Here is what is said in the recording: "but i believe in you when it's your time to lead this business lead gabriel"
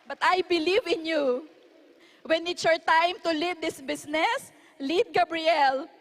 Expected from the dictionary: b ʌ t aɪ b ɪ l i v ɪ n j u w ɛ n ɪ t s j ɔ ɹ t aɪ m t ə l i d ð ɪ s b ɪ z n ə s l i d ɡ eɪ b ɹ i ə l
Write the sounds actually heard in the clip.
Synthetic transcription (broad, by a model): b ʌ t aɪ b ɪ l i v ɪ n j u w ɛ n ɪ t s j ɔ ɹ t aɪ m t ə l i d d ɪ s b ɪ s n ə s l i d ɡ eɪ b ɹ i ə l